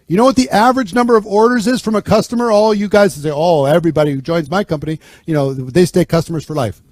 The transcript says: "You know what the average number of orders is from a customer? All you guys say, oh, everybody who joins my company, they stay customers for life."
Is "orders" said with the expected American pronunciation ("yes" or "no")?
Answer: yes